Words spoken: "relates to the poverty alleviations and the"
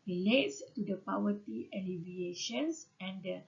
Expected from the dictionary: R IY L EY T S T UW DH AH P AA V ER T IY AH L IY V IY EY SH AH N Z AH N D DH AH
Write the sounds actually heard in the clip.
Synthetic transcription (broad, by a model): R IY L EY T S T UW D AH P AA W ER T IY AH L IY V IY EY SH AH N S AH N D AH